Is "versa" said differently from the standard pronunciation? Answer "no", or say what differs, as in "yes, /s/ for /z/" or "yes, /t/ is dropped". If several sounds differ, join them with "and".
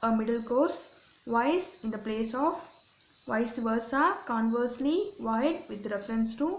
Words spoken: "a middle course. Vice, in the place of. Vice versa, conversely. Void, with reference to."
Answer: no